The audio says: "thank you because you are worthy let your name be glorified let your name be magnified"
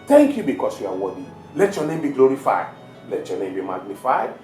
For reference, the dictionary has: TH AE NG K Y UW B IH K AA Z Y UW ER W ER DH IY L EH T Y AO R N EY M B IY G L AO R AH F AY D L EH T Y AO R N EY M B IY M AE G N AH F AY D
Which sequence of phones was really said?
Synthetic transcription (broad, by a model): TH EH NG K Y UW B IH K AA S Y UW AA W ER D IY L EH T Y AO N EY M B IY G L AO R AH F AY D L EH T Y AO N EY M B IY M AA G N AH F AY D